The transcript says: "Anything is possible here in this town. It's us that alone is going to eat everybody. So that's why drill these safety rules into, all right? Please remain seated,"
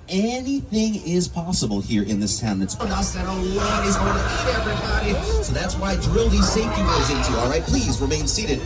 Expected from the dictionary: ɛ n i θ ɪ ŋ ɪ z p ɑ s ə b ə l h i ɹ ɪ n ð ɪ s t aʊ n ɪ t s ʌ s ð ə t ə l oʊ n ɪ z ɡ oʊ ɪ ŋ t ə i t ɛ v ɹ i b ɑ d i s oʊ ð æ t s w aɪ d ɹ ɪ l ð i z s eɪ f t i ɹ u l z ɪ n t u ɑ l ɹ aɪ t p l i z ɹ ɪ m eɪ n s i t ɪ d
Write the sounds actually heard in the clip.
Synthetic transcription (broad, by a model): ɛ n i θ ɪ ŋ ɪ z p ɑ s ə b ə l h i ɹ ɪ n ð ɪ s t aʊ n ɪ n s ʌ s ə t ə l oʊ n ɪ z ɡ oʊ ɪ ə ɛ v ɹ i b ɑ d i s oʊ ð æ t s w aɪ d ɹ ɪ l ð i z s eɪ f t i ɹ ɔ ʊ z ɪ n t u ɑ l ɹ aɪ t p l i z ɹ ɪ m eɪ n s i t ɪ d